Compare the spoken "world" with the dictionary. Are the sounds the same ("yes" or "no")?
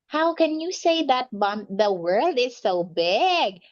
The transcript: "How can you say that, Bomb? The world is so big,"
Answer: yes